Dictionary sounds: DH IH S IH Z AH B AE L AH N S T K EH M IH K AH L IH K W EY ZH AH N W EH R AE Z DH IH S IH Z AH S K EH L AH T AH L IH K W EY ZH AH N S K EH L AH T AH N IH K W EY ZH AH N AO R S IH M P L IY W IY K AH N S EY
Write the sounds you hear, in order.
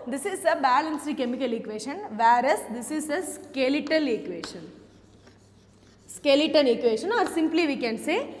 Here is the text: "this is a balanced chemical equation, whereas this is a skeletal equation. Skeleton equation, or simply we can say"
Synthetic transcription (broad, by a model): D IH S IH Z AH B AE L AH N S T K EH M IH K AH L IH K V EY SH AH N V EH R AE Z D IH S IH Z AH S K EH L AH T AH L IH K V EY SH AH N S K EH L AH T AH L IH K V EY SH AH N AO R S IH M P L IY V IY K AH N S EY